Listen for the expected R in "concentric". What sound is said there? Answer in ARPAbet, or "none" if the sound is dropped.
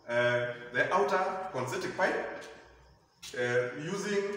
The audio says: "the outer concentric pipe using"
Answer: none